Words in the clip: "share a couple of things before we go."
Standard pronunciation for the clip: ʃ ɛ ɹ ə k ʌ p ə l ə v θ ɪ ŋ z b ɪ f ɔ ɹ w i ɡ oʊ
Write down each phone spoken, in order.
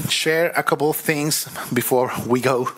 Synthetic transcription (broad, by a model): ʃ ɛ ɹ ə k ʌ p l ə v θ ɪ ŋ z b ɪ f ɔ ɹ w i ɡ oʊ